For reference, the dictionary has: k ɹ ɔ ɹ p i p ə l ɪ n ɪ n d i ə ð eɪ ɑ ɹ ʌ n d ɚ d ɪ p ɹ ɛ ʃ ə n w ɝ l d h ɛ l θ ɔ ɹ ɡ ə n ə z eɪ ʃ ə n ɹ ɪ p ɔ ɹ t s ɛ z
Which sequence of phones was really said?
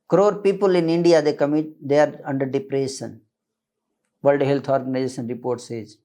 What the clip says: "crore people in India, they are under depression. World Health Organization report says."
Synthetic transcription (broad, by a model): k ɹ ɔ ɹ p i p ə l ɪ n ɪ n d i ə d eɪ ɑ ɹ ʌ n d ɚ d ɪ p ɹ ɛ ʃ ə n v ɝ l d h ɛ l t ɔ ɹ ɡ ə n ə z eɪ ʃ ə n ɹ ɪ p ɔ ɹ t s ɛ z